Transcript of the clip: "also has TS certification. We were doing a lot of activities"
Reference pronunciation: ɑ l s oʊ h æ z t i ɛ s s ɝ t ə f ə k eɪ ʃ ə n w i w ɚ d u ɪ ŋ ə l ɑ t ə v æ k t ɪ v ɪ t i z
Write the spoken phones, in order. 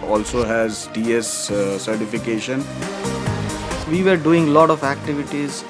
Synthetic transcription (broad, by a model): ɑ l s oʊ h æ z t i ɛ s s ɝ t ə f ə k eɪ ʃ ə n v i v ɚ d u ɪ ŋ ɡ l ɑ t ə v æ k t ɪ v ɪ t i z